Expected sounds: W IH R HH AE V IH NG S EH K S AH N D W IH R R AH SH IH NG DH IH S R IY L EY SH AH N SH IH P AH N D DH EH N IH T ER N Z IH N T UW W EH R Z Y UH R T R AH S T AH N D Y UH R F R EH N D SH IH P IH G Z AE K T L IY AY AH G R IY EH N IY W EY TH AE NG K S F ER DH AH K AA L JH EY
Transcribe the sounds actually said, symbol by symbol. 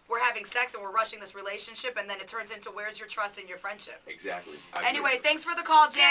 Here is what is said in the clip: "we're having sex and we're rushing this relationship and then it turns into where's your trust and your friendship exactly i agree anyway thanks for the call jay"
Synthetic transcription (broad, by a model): W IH R HH AE V IH NG S EH K S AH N W IH R R AH SH IH NG DH IH S R IY L EY SH AH N SH IH P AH N DH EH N IH T ER N Z IH N T UW W EH R Z Y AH R T R AH S T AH N Y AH R F R EH N D SH IH P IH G Z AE K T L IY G EH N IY W EY TH AE NG K S F ER DH AH K AA L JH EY